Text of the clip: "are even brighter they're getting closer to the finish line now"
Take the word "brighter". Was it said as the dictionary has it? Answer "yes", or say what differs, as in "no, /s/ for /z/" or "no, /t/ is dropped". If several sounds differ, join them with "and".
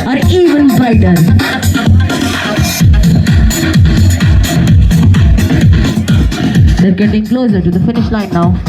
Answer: no, /ɹ/ is dropped